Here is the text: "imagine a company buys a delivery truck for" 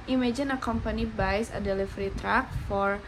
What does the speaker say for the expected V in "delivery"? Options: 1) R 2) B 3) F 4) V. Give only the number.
3